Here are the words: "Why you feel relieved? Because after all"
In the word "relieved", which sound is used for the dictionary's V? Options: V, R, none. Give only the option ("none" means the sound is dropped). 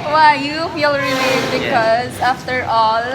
none